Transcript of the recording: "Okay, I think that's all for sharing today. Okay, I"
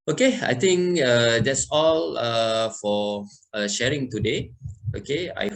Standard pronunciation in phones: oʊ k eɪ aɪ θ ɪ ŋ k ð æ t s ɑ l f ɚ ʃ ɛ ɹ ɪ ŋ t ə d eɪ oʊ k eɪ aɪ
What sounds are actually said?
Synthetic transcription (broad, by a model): oʊ k eɪ aɪ t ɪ ŋ k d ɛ t s ɑ l f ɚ ʃ ɛ ɹ ɪ ŋ t ə d eɪ oʊ k eɪ aɪ